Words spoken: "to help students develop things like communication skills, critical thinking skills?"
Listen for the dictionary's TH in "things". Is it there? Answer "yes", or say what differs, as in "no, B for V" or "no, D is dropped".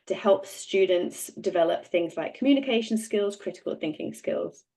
yes